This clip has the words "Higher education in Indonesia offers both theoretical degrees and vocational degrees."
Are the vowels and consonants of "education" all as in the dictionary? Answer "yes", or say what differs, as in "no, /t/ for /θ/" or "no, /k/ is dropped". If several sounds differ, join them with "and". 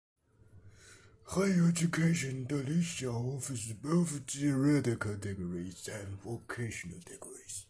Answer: no, /ʃ/ is dropped